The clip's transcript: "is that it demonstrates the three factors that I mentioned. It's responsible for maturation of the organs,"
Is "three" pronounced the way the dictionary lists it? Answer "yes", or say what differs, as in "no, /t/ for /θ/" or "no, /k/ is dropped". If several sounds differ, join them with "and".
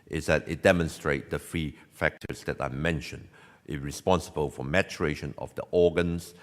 no, /f/ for /θ/